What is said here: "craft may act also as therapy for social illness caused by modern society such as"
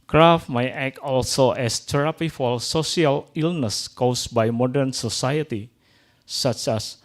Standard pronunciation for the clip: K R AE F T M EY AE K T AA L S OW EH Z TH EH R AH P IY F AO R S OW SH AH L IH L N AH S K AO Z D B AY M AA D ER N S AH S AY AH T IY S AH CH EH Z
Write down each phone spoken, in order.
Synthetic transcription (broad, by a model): K R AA F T M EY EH K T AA L S OW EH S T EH R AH P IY F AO L S OW S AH L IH L N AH S K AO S B AY M AA D ER N S AH S AY AH T IY S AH CH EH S